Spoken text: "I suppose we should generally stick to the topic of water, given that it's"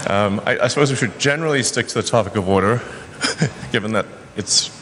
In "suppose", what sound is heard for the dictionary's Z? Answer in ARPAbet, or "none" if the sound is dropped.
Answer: Z